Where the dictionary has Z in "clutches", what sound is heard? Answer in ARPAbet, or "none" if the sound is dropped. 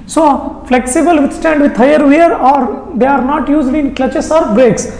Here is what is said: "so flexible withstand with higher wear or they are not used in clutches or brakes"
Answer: S